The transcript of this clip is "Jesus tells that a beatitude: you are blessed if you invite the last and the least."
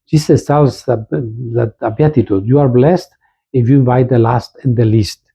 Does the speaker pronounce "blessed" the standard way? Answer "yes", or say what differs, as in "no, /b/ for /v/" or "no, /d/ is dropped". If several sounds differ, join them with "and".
yes